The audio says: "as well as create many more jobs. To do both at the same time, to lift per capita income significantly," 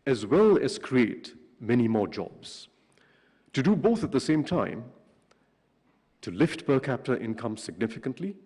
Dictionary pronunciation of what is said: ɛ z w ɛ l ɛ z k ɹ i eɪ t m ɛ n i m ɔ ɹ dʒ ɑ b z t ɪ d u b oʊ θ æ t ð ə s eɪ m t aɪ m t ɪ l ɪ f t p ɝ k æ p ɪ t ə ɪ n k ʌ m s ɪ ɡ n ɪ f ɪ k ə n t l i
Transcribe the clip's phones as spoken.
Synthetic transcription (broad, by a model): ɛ z w ɛ l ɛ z k ɹ i eɪ t m ɛ n i m ɔ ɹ dʒ ɑ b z t ɪ d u b oʊ θ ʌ t ð ə s eɪ m t aɪ m t ɪ l ɪ f t b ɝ k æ p t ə ɪ n k ʌ m s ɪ ɡ n ɪ f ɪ k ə n t l i